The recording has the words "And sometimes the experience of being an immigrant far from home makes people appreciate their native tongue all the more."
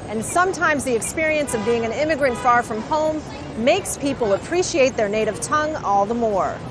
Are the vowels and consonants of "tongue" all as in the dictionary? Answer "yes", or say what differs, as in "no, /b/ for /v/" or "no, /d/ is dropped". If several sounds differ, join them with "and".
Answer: yes